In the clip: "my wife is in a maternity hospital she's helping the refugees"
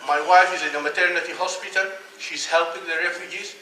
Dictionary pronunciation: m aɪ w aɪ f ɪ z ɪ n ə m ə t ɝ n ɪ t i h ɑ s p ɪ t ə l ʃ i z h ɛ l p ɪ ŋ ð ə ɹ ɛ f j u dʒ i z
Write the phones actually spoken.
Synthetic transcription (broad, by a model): m aɪ w aɪ f ɪ z ɪ n ə m ə t ɝ n ɪ t i h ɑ s p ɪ t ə l ʃ i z h ɛ l p ɪ ŋ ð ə ɹ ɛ f j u dʒ i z